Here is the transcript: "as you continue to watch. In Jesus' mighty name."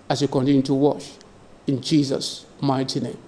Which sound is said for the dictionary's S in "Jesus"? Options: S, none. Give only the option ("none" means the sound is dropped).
S